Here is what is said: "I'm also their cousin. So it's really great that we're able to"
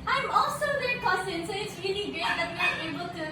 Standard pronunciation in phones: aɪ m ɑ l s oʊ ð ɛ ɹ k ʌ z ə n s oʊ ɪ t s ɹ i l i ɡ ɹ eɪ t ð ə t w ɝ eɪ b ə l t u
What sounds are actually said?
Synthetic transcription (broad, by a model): aɪ m ɑ l s oʊ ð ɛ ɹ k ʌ s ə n s oʊ ɪ t s ɹ i l i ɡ eɪ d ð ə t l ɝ eɪ b ə l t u